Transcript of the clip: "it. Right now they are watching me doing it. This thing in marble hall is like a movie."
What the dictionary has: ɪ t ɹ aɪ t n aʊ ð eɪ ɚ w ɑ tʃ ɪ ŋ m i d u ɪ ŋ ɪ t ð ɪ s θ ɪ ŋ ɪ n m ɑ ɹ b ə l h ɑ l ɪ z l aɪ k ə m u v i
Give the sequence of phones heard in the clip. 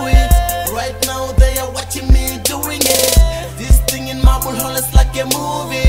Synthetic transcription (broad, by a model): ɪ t ɹ aɪ t n aʊ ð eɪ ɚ w ɑ tʃ ɪ ŋ m i d u ɪ ŋ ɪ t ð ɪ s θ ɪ ŋ ɪ n m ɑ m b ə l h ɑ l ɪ s l aɪ k ə m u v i